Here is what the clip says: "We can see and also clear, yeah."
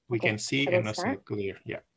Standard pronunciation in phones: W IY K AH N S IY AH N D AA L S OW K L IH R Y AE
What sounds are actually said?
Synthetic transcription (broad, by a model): W IY K AH N S IY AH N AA S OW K L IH R Y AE